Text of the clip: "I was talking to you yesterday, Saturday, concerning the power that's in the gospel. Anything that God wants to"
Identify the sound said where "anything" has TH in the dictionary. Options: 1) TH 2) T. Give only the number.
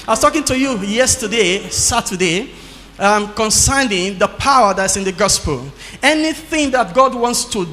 1